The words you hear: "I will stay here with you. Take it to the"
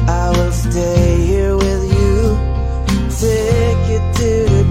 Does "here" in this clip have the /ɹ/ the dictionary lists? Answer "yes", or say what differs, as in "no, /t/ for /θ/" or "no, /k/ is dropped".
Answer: yes